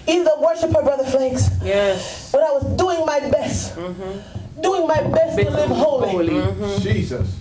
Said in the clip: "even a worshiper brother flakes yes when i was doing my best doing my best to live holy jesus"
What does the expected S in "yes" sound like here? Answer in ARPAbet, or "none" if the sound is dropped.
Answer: none